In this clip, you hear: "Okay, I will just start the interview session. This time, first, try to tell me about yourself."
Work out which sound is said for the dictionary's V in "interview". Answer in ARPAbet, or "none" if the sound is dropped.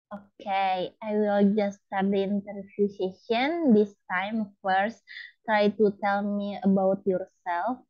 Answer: F